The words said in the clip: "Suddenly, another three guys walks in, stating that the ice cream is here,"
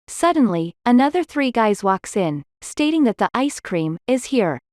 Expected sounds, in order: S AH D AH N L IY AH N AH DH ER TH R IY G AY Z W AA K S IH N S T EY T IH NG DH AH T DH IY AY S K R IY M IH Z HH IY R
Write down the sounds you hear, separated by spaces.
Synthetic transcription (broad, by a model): S AH D N L IY AH N AH DH ER TH R IY G AY Z W AA K S IH N S T EY T IH NG DH AH T DH IY AY S K R IY M IH Z HH IY R